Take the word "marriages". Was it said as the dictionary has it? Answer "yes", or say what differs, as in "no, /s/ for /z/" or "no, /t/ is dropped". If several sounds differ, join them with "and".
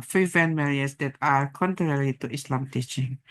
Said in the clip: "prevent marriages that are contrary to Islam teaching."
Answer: no, /dʒ/ is dropped